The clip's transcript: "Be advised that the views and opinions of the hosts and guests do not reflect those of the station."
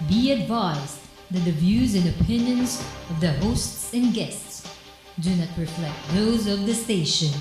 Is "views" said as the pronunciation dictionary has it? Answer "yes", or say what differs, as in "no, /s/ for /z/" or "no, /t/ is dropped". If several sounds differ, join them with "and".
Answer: yes